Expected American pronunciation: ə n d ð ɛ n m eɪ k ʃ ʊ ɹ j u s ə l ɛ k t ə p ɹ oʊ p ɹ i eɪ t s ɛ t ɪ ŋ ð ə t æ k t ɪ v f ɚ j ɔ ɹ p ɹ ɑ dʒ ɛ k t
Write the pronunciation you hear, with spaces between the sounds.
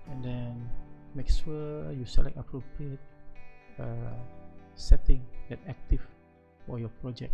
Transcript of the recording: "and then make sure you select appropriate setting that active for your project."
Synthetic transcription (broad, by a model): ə n d ɛ n m eɪ k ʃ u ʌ j u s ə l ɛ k ə p ɹ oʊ p ɹ i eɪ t s ɛ t ɪ ŋ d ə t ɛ k t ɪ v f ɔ j ɔ p ɹ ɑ dʒ ɛ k